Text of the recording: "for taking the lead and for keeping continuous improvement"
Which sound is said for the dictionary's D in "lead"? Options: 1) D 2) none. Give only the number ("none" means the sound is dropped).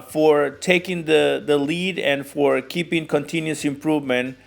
1